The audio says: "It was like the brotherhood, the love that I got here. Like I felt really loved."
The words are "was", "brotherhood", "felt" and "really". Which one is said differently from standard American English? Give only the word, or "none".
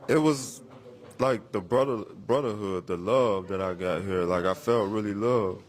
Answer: none